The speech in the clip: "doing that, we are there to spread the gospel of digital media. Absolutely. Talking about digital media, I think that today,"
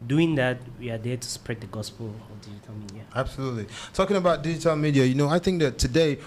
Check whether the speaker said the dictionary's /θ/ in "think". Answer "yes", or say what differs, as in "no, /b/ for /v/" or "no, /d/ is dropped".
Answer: yes